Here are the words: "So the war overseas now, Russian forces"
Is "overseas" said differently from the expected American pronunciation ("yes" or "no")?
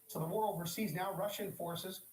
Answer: no